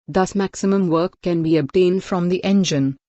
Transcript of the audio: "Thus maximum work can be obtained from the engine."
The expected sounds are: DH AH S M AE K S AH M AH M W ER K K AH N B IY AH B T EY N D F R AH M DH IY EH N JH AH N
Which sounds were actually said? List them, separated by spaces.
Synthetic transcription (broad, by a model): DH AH S M AE K S AH M AH M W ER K K AH N B IY AH B T EY N D F R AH M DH IY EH N JH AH N